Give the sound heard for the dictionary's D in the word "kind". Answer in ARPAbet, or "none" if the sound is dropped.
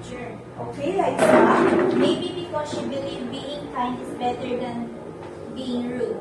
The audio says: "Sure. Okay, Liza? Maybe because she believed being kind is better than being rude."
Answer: none